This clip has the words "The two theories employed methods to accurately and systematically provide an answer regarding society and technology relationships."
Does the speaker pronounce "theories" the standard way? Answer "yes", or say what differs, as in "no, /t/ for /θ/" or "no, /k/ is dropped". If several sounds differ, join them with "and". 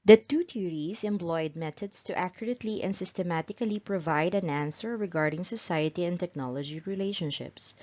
no, /t/ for /θ/